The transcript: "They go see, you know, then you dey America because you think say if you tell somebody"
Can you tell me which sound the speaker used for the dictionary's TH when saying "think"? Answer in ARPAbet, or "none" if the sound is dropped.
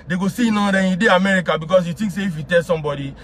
T